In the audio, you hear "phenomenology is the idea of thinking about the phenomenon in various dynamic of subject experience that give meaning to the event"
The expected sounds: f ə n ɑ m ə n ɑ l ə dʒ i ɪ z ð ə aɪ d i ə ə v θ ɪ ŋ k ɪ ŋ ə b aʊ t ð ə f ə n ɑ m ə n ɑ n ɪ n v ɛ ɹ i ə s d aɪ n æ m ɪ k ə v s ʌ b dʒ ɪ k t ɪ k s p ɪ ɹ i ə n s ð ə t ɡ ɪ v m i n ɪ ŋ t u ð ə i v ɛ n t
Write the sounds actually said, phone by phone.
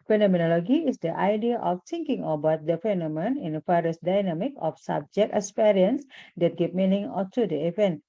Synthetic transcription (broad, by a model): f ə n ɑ m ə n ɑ l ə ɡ i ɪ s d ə aɪ d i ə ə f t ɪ ŋ k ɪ ŋ ə b aʊ t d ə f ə n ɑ m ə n n ɪ n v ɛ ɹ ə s d aɪ n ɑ m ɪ k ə f s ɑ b dʒ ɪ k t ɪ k s p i ɹ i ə n s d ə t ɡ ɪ p m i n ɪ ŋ t u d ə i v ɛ n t